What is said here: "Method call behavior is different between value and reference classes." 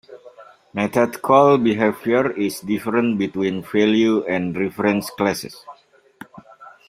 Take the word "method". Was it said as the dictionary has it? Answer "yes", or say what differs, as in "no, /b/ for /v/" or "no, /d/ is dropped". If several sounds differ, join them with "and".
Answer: no, /t/ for /θ/